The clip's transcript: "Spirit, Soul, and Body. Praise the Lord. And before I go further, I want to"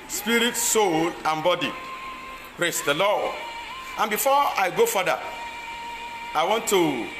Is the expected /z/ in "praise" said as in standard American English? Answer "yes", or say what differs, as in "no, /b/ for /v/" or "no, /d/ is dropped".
no, /s/ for /z/